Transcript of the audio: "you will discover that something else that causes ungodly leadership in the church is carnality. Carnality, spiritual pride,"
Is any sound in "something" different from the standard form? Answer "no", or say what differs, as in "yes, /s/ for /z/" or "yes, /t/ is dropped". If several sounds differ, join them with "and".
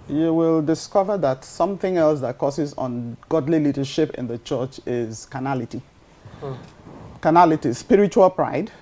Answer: no